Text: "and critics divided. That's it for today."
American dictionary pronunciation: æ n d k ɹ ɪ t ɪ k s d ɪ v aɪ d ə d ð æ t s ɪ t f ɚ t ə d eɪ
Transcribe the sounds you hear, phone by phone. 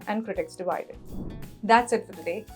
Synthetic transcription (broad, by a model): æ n d k ɹ ɪ t ɪ k s d ɪ v aɪ d ə d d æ t s ɪ t f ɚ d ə d eɪ